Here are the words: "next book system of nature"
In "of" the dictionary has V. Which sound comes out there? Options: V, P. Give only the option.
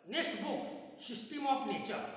P